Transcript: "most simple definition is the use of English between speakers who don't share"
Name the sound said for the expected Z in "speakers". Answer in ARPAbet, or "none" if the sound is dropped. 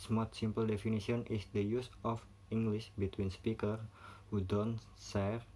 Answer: none